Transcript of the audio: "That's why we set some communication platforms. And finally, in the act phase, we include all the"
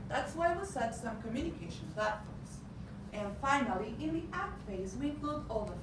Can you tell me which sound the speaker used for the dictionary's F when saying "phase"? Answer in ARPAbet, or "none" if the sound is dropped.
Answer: F